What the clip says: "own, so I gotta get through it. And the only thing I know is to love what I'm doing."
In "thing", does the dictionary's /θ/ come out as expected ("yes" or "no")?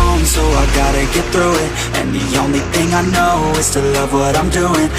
yes